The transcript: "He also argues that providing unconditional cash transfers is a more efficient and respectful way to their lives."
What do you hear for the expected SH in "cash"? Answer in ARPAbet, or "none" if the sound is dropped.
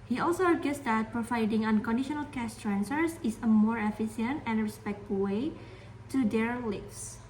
S